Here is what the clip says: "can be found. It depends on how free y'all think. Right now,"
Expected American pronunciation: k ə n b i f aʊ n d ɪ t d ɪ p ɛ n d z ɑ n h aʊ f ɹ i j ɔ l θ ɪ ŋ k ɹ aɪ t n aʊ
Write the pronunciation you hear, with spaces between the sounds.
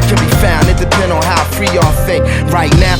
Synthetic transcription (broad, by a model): k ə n b i f aʊ n d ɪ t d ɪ p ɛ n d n h aʊ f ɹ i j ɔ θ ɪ k ɹ aɪ t n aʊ